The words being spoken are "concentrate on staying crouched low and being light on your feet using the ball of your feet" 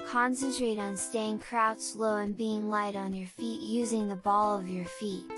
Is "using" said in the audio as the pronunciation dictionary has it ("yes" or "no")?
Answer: yes